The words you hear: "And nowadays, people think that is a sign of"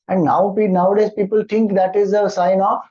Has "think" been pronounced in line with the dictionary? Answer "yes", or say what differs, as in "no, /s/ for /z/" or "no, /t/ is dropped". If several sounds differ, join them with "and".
no, /t/ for /θ/